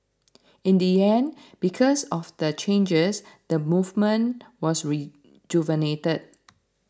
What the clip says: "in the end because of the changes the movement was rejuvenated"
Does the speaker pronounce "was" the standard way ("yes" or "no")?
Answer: no